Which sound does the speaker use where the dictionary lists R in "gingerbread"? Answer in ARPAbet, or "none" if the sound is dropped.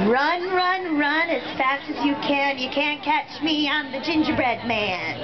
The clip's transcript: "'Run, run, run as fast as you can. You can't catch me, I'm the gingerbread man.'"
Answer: R